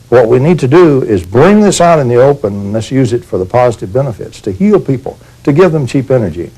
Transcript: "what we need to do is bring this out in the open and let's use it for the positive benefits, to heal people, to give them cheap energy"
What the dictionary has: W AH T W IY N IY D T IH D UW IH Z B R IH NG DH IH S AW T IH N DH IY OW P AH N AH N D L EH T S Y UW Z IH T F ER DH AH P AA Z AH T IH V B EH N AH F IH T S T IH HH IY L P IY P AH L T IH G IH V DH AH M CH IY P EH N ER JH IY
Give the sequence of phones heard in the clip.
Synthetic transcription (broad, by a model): W AH T W IY N IY D T IH D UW IH Z B R IH NG DH IH S AW T IH N DH IY OW P AH N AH N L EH S Y UW Z IH T F ER DH AH P AA Z AH T IH V B EH N AH F IH T S T IH HH IY L P IY P L T IH G IH V DH AH M CH IY P EH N ER JH IY